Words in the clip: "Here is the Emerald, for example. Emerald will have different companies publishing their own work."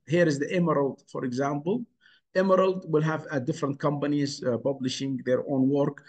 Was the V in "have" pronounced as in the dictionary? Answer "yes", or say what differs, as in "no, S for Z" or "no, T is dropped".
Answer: yes